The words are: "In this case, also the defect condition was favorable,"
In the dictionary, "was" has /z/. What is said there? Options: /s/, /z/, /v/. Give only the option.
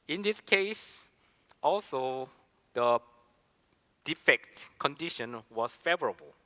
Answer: /s/